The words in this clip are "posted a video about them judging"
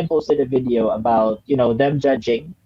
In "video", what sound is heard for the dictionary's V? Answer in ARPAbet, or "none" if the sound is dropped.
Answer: V